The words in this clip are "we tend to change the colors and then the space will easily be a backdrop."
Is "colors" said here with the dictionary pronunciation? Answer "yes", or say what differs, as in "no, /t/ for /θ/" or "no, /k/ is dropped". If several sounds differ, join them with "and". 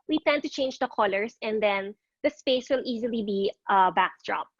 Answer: no, /s/ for /z/